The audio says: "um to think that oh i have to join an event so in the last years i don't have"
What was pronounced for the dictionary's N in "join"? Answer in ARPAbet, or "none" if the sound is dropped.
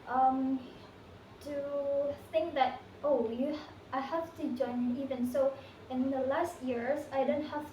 none